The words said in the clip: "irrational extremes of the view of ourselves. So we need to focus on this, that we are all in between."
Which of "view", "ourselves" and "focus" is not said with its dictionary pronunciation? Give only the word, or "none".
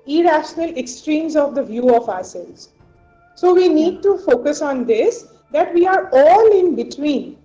ourselves